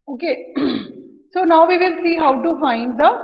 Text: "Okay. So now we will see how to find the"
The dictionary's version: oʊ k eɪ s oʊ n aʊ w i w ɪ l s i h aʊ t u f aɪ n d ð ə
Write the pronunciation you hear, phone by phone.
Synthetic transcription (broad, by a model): oʊ k eɪ s oʊ n aʊ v i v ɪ l s i h aʊ t u f aɪ n d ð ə